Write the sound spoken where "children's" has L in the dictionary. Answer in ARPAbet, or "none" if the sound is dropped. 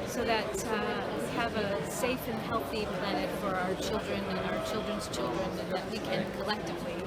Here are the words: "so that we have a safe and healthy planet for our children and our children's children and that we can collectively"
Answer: L